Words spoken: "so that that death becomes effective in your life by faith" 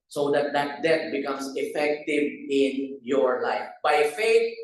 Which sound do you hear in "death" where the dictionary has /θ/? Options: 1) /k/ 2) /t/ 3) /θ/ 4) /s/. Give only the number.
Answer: 2